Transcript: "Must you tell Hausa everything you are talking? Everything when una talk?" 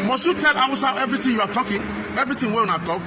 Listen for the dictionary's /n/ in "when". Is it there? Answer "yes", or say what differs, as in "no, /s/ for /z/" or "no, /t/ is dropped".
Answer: no, /n/ is dropped